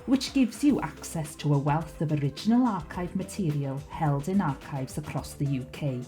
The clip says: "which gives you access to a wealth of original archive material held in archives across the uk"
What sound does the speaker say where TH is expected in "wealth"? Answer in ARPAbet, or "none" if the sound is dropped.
TH